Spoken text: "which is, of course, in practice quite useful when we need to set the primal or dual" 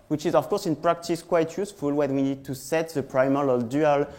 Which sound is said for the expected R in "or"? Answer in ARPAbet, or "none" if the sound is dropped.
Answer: L